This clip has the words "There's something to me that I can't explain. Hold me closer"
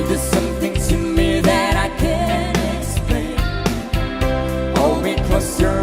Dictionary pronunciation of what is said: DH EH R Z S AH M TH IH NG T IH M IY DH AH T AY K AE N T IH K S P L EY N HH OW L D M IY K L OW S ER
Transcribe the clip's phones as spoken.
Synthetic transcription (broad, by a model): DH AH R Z S AH M TH IH NG T IH M IY DH AH T AY K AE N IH K S P L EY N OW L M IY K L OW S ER